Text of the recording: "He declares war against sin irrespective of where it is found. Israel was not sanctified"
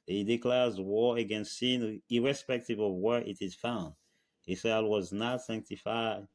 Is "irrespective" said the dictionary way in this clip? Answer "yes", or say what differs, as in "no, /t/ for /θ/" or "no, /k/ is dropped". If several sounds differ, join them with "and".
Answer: yes